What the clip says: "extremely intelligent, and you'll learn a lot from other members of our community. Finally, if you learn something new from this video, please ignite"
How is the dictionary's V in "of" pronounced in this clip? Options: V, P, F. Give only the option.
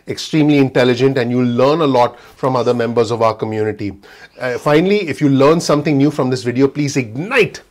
V